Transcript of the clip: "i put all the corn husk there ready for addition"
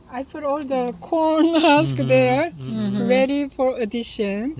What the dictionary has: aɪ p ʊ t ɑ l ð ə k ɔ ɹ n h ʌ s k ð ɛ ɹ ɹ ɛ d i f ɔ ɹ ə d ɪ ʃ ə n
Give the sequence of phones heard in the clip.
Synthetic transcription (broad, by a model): aɪ f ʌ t ɑ l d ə k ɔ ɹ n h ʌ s k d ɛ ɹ ɹ ɛ d i f ɔ ɹ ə d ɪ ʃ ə n